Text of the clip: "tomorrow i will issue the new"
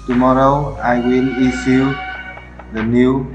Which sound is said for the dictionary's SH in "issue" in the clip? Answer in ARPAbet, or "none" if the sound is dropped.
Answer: S